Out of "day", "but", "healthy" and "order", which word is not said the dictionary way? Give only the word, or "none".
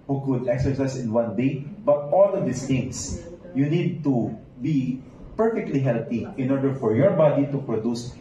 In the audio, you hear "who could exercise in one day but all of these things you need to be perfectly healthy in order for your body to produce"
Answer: healthy